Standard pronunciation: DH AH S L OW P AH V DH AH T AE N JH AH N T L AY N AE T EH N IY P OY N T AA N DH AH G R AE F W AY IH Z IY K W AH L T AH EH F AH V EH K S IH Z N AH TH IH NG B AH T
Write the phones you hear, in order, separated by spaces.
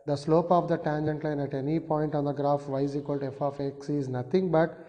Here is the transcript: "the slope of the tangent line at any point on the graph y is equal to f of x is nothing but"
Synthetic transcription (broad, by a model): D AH S L OW P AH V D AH T AE N JH AH N T L AY N AE T EH N IY P OY N T AA N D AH G R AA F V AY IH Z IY K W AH L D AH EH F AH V EH K S IH Z N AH T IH NG B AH T